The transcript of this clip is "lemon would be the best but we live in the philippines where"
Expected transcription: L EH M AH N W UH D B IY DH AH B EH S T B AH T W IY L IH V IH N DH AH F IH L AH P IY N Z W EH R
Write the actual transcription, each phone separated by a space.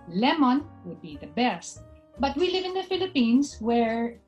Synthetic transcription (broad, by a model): L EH M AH N W UH D B IY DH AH B EH S T B AH T W IY L IH V IH N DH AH F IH L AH P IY N S W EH R